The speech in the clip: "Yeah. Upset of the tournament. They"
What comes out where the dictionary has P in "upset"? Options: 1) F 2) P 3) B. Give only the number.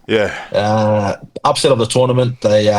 2